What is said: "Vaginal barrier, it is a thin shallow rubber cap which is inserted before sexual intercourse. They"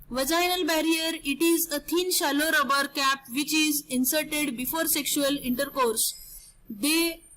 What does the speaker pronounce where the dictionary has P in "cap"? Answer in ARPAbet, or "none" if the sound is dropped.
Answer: P